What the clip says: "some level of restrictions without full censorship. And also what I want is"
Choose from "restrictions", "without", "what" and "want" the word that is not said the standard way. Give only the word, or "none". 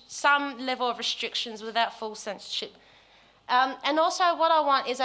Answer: none